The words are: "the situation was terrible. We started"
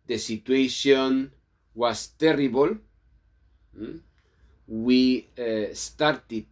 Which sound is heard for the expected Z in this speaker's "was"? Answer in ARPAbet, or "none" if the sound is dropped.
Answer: S